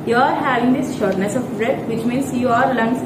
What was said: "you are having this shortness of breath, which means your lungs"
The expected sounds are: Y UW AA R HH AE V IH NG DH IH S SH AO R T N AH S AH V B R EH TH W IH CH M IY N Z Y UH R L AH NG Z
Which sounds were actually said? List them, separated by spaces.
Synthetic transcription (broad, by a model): Y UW AA R HH AE V IH NG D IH S SH AO R T N AH S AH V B R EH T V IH CH M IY N S Y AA R L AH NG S